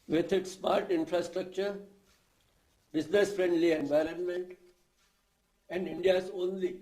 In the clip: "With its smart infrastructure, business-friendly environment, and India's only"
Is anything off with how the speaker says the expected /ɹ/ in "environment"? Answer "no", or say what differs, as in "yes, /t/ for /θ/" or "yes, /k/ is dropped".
no